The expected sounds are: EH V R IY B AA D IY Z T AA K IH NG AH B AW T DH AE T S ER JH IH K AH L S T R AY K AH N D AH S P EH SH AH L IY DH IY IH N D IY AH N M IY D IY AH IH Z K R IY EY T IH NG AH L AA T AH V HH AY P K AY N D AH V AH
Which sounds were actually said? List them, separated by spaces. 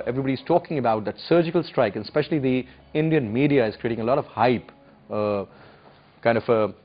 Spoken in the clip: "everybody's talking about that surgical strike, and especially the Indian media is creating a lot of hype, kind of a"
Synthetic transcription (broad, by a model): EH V R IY B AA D IY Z T AA K IH NG AH B AW T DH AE T S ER JH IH K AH L S T R AY K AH N S P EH SH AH L IY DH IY IH N D IY AH N M IY D IY AH IH Z K R IY EY T IH NG AH L AA T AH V HH AY P K AY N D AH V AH